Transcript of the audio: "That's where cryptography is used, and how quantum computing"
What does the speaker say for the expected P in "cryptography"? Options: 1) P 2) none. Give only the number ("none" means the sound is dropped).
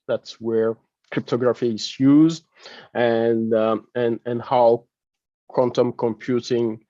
1